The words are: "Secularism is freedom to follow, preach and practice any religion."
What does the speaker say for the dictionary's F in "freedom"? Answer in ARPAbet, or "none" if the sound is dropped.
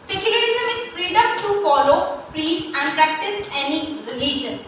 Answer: P